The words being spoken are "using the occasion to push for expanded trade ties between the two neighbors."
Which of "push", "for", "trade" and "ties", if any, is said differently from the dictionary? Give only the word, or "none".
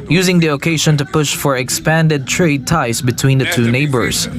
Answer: ties